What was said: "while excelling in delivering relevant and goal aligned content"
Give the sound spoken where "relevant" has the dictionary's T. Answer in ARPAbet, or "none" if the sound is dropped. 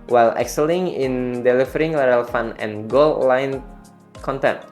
none